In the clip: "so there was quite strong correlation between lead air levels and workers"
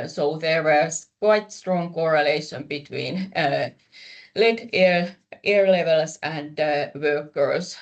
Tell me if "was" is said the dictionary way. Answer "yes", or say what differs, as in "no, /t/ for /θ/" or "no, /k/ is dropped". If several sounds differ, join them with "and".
no, /s/ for /z/